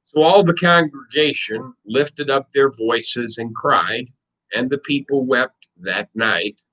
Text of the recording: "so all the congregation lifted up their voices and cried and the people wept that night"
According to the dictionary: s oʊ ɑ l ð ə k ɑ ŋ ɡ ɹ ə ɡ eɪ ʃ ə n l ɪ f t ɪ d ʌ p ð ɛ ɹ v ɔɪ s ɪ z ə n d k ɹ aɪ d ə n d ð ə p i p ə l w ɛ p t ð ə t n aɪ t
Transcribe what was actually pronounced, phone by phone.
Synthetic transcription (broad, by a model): s oʊ ɑ l ð ə k ɑ ŋ ɡ ɹ ə ɡ eɪ ʃ ə n l ɪ f t ɪ d ʌ p ð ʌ ɹ v ɔɪ s ɪ z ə n k ɹ aɪ d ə n ð ə p i p l w ɛ p t ð ə t n aɪ t